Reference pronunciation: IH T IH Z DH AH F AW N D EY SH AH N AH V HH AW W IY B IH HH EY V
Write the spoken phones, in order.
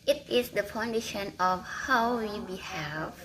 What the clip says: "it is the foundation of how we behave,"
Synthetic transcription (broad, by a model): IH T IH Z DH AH P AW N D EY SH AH N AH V HH AW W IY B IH HH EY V